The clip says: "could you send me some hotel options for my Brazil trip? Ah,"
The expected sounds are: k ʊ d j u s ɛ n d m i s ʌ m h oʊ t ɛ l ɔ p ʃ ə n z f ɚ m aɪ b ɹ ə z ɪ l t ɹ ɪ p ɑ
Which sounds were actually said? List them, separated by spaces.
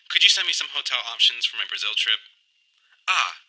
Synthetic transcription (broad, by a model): k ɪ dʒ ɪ s ɛ n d m i s ʌ m h oʊ t ɛ l ɔ p ʃ ə n z f ɚ m aɪ b ɹ ə z ɪ l t ɹ ɪ p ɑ